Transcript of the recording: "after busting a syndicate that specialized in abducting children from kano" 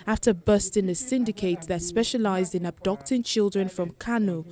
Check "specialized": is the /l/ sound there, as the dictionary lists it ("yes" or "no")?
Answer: yes